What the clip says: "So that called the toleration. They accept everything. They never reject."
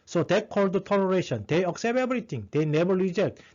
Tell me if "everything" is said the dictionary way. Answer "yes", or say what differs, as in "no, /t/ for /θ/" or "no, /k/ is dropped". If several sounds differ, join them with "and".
no, /t/ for /θ/